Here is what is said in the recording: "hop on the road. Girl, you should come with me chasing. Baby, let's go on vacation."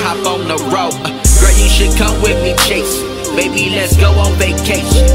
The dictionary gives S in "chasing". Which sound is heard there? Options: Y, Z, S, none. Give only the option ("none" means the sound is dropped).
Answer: none